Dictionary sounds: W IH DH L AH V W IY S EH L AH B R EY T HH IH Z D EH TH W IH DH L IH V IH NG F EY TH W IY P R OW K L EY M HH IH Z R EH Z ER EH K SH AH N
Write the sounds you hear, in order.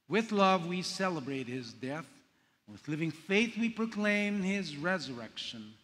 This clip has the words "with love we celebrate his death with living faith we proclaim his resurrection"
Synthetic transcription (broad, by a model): W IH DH L AH V W IY S EH L AH B R EY T HH IH Z D EH TH W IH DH L IH V IH NG F EY TH W IY P R OW K L EY M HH IH Z R EH Z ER EH K SH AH N